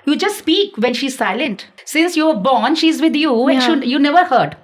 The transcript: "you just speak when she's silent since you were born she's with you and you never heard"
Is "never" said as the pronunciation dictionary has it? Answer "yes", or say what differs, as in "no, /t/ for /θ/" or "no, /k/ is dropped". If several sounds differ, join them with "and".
yes